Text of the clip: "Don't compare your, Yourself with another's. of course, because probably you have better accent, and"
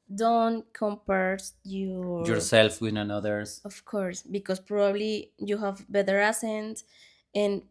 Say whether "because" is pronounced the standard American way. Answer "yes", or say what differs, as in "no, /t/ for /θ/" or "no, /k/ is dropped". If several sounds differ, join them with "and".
no, /s/ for /z/